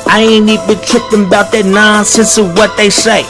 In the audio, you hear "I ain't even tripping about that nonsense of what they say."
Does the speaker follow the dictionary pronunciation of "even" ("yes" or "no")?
no